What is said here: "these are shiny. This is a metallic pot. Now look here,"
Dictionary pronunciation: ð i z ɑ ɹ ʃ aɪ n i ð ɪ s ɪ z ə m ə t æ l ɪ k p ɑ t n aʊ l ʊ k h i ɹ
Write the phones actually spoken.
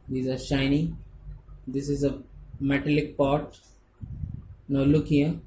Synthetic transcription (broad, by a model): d i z ɑ ɹ ʃ aɪ n i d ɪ s ɪ z ə m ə t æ l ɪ k p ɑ t n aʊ l ʊ k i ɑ